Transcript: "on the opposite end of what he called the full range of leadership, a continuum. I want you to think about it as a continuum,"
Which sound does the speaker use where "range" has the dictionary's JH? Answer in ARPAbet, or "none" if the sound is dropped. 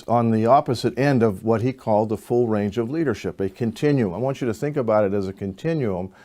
JH